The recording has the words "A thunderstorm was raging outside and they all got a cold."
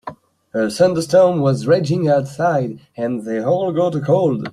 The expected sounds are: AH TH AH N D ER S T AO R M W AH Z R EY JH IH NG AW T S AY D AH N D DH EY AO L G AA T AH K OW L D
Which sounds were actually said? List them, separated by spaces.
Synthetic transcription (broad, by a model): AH S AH N D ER S T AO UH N W AH Z R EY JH IH NG AW T S AY D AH N DH EY AO L G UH T AH K OW L D